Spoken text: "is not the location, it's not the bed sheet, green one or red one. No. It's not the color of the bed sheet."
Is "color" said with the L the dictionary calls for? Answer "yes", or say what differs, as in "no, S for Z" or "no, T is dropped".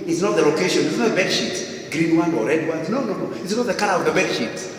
no, N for L